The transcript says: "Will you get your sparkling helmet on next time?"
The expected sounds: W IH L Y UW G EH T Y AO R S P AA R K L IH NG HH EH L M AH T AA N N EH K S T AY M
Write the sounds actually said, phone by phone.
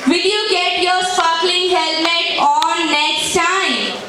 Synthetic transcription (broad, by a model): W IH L Y UW G EH T Y AO R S AA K L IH NG HH EH L M AH T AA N N EH K S T AY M